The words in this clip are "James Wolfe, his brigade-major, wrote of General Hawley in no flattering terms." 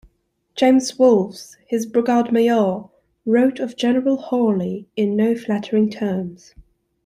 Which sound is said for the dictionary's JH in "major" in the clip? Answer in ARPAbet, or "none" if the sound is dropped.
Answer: none